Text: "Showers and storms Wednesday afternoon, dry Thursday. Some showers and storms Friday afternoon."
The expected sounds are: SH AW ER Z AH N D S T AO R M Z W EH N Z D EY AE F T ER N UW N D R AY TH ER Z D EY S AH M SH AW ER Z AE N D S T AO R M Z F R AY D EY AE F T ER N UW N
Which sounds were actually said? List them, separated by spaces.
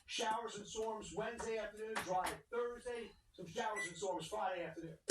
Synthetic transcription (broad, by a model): SH AW ER Z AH N S AO R M Z W EH N Z D EY AE F T ER N UW N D R AY TH ER Z D EY S AH M SH AW ER Z N S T AO R M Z F R AY D EY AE F T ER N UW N